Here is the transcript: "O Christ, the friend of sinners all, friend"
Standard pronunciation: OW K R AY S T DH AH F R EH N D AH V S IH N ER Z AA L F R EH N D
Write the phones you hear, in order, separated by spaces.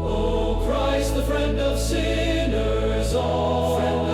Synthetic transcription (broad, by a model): OW K R AY S T DH AH F R EH N D AH V S IH N ER Z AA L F